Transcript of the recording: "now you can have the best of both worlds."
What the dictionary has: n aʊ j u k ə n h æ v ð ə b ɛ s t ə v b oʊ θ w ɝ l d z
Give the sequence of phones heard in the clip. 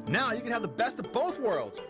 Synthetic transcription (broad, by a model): n aʊ j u k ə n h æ v ð ə b ɛ s t ə v b oʊ θ w ɝ l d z